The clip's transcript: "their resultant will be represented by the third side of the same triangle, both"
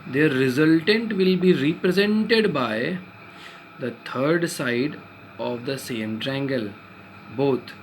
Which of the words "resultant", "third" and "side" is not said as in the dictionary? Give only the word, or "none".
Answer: third